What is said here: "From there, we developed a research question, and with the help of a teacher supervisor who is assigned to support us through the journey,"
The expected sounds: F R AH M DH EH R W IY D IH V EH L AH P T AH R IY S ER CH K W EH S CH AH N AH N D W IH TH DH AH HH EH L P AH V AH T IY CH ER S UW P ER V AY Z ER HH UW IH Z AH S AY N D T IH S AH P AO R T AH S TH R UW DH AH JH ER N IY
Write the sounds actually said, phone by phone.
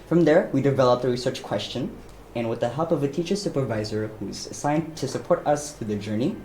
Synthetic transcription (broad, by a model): F R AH M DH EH R W IY D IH V EH L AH P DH AH R IY S ER CH K W EH S CH AH N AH N W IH DH AH HH EH L P AH V AH T IY CH ER S UW P ER V AY Z ER HH UW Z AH S AY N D T IH S AH P AO R T AH S F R DH AH JH ER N IY